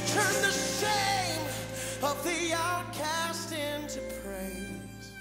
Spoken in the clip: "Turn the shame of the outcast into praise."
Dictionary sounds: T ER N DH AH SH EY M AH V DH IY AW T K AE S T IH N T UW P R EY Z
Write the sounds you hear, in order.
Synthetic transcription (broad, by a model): T ER N DH AH S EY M AH V DH IY AW T K AE S T IH N T UW P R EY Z